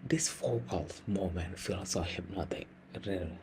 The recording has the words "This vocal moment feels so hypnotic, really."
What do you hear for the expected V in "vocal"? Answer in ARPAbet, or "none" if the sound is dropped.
F